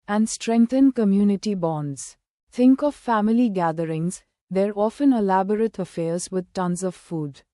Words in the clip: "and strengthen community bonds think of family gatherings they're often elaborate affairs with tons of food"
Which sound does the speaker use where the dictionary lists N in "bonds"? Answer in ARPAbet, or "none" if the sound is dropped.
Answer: N